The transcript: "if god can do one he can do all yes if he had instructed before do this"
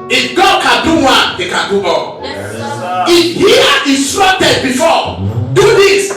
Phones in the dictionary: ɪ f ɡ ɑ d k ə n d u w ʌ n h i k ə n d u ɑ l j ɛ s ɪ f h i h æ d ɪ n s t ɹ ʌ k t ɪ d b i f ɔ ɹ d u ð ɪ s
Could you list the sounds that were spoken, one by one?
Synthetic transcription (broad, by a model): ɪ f ɡ ɑ d k ə n d u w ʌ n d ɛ k ə n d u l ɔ ɪ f h i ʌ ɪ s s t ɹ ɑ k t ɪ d b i f ɔ d u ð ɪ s